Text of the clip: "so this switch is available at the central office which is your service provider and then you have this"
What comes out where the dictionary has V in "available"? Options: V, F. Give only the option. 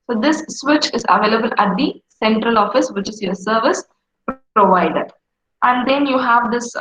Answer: V